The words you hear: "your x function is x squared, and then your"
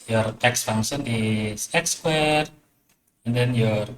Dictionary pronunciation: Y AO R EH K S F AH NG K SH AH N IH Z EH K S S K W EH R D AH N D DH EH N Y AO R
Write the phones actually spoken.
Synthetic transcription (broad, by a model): Y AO R EH K S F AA NG SH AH N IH S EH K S S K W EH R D AH N D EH N Y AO R